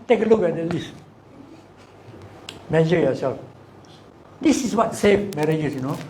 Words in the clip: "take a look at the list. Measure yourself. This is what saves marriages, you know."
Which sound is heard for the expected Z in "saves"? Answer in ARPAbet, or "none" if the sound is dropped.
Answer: none